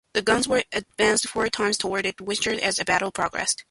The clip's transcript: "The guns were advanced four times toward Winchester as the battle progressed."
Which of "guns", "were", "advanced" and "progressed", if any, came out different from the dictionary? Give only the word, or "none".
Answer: none